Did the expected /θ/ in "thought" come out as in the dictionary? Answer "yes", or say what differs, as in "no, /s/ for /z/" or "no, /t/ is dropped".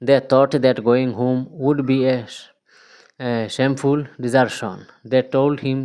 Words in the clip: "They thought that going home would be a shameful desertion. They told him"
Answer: no, /t/ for /θ/